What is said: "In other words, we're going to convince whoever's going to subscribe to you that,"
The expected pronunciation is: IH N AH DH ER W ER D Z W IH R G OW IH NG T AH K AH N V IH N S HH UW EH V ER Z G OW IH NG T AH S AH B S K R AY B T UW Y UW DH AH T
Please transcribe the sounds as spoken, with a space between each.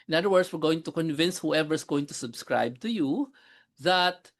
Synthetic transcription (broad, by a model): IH N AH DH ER W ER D S W IH R G OW IH NG T AH K AH N V IH N S HH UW EH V ER S G OW IH NG T AH S AH B S K R AY B T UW Y UW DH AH T